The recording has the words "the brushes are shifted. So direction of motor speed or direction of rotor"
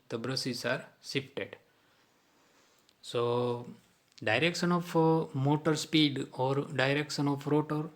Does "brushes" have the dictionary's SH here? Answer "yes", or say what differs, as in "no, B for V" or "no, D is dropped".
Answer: no, S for SH